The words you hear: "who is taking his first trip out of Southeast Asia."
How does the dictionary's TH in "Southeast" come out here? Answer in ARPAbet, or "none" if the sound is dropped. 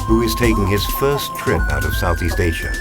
TH